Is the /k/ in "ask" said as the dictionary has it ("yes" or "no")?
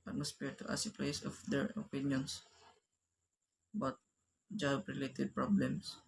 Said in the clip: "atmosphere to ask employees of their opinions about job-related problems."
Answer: no